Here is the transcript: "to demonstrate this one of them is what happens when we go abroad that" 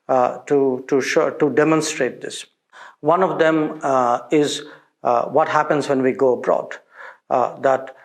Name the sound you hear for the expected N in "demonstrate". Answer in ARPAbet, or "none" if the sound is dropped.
N